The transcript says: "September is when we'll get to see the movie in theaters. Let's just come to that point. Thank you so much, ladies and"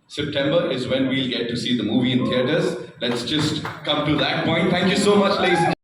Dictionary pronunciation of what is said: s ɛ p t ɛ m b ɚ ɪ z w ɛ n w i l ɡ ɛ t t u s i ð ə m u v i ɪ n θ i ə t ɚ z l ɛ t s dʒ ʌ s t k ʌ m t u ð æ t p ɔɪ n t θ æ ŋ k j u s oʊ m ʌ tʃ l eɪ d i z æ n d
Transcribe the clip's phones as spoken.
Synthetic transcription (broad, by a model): s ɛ p t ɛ m b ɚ ɪ z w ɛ n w i l ɡ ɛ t t u s i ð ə m u v i ɪ n t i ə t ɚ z l ɛ t s dʒ ʌ s t k ʌ m t u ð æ t p ɔɪ n t t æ ŋ k j u s oʊ m ʌ tʃ l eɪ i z